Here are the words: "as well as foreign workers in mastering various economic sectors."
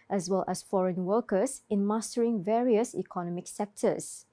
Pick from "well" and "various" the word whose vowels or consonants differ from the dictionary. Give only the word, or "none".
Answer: none